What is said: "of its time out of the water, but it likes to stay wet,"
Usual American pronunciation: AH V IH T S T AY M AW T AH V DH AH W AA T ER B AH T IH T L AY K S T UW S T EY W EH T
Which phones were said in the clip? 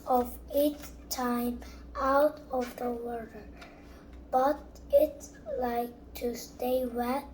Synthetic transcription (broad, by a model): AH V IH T T AY M AW T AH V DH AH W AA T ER B AH T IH T L AY K T UW S T EY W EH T